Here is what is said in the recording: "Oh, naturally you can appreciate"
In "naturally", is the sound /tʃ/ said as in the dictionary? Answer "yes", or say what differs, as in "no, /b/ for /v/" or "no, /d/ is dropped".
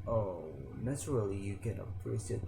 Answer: no, /s/ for /tʃ/